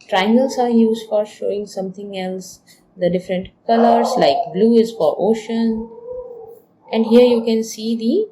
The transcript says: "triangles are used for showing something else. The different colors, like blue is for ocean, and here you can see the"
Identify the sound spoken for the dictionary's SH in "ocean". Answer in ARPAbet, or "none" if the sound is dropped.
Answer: SH